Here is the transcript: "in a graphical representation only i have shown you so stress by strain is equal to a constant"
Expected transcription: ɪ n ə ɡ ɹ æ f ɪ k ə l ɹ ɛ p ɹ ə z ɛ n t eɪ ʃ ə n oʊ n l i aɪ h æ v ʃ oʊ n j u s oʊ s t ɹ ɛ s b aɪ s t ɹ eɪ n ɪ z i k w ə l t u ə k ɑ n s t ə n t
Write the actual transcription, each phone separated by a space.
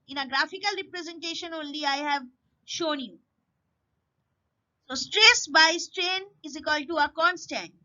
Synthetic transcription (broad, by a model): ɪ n ə ɡ ɹ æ f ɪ k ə l ɹ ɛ p ɹ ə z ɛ n t eɪ ʃ ə n oʊ n l i aɪ h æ v ʃ oʊ n j u s oʊ s t ɹ ɛ s b aɪ s t ɹ eɪ n ɪ z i k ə l t u ə k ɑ n s t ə n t